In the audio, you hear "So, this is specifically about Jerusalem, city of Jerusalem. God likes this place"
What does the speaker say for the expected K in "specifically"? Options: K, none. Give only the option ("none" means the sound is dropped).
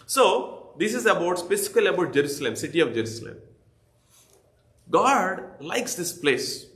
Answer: none